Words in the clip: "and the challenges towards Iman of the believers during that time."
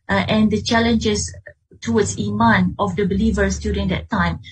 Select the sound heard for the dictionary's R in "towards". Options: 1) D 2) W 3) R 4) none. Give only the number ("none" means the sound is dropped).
2